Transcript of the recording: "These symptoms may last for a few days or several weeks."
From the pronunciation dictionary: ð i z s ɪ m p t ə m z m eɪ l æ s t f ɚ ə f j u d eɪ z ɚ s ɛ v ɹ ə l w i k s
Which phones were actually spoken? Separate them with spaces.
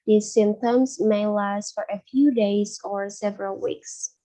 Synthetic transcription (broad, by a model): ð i s ɪ m p t ə m z m eɪ l æ s t f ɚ ə f j u d eɪ z ɚ s ɛ v ɹ ə l w i k s